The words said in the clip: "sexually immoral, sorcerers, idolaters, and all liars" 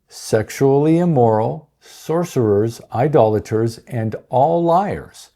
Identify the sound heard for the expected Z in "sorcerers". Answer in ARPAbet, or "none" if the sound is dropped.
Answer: Z